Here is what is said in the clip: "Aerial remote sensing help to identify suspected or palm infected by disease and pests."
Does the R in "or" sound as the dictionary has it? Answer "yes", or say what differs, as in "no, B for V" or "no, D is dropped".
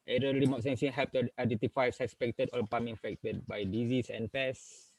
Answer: no, L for R